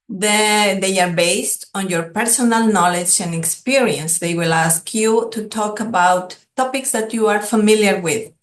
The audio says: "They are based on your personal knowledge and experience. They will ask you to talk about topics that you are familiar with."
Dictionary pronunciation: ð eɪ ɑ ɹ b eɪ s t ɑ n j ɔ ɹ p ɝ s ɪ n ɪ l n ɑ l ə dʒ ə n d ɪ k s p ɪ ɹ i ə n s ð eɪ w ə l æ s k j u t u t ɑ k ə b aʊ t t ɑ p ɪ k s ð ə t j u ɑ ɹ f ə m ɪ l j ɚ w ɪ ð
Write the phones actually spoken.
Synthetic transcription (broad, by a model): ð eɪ ɑ ɹ b eɪ s t ɑ n j ɔ ɹ p ɝ s ɪ n ɪ l n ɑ l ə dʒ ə n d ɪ k s p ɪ ɹ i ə n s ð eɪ w ə l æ s k j u t u t ɑ k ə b aʊ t t ɑ p ɪ k s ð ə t j u ɑ ɹ f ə m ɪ l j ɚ w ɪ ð